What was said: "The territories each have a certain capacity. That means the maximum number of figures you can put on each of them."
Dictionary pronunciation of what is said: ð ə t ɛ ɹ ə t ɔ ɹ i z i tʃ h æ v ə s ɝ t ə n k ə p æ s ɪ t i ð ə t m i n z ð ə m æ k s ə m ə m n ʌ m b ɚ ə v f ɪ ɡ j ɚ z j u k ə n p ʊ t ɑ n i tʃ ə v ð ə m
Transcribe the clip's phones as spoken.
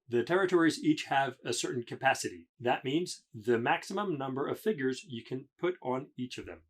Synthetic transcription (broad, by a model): ð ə t ɛ ɹ ə t ɔ ɹ i z i tʃ h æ v ə s ɝ t n k ə p æ s ɪ t i ð ə t m i n z ð ə m æ k s ə m ə m n ʌ m b ɚ ə v f ɪ ɡ j ɚ z j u k ə n p ʊ t n i tʃ ə v ð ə m